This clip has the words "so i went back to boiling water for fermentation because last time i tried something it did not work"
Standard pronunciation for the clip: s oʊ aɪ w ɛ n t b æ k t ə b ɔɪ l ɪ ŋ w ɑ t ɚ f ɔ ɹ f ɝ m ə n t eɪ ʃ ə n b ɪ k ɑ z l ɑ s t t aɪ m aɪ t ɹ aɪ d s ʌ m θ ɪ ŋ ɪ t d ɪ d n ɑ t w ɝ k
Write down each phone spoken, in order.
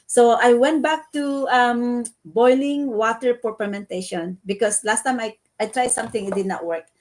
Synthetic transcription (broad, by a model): s oʊ aɪ w ɛ n t b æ k t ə b ɔɪ l ɪ ŋ w ɑ t ɚ p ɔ ɹ p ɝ m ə n t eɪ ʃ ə n b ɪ k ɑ s l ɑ s t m aɪ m aɪ t ɹ aɪ d s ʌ m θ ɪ ŋ ɪ t d ɪ d n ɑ t w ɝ k